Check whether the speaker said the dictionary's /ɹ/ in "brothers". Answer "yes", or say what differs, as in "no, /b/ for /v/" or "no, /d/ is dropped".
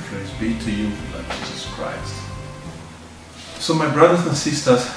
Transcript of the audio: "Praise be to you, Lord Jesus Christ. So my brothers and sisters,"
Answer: yes